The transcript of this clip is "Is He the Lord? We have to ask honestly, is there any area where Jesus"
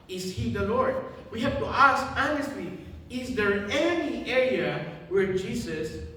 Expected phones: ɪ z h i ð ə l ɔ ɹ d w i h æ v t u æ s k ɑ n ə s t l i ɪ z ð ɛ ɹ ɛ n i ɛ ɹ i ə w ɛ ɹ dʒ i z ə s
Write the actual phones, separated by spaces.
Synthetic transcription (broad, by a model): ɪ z h i ð ə l ɔ ɹ d w i h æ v t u æ s k ɑ n ə s t l i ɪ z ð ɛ ɹ ɛ n i ɛ ɹ i ə w ɛ ɹ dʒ i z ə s